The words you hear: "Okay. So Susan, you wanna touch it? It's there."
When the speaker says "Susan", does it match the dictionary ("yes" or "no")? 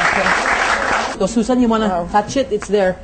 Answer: no